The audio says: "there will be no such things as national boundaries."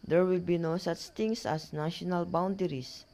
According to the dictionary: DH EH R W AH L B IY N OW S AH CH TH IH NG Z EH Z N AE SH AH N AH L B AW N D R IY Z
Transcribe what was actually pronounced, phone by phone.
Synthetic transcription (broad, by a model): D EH R W AH L B IY N OW S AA CH T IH NG S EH S N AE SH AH N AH L B AW N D R IY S